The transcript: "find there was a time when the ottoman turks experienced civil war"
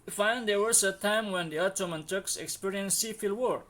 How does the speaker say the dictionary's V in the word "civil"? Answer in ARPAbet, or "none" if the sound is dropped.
F